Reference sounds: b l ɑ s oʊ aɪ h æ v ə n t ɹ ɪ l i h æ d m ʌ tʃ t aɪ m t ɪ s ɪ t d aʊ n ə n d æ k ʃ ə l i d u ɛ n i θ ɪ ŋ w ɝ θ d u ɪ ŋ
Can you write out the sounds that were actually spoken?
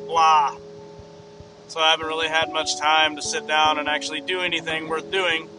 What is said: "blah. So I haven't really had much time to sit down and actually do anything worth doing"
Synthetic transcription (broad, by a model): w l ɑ s oʊ aɪ h æ v ə n t ɹ ɪ l i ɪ d m ʌ tʃ t aɪ m t ɪ s ɪ t d aʊ n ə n æ k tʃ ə l i d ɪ ɛ n i θ ɪ ŋ w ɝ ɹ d u ɪ ŋ